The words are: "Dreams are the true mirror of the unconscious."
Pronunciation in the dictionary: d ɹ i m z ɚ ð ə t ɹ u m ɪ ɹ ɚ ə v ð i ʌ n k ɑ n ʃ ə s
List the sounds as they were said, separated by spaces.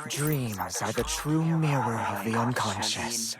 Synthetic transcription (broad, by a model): d ɹ i m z ɚ ð ə t ɹ u m ɪ ɹ ɚ ə v ð i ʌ n k ɑ n ʃ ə s